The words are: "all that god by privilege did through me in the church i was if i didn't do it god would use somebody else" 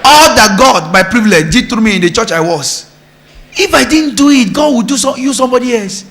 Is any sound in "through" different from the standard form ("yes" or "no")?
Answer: yes